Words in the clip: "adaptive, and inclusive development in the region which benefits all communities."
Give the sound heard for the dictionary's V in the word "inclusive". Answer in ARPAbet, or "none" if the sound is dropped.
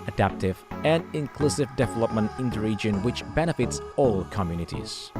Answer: V